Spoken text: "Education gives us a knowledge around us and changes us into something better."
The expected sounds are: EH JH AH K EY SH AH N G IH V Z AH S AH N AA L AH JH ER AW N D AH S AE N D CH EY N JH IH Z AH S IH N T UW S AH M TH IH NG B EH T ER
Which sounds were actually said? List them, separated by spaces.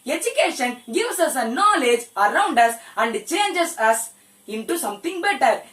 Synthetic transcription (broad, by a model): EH JH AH K EY SH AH N G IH V S AH S AH N AA L AH JH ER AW N D AH S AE N D CH EY N JH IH S AH S IH N T UW S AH M T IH NG B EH T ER